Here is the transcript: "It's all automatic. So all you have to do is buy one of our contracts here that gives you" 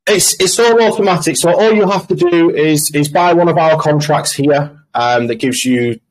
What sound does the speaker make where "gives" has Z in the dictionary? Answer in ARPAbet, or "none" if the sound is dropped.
Z